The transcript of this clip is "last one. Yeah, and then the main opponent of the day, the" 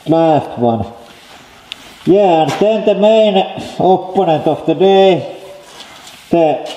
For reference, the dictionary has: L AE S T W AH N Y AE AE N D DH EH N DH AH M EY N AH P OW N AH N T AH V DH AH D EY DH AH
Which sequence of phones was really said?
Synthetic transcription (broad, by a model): L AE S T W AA N Y AE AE N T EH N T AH M EY N AH P OW N AH N T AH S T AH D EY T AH